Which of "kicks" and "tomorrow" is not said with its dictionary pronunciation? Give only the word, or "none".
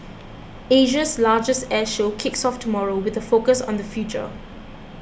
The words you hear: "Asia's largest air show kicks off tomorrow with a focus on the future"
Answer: none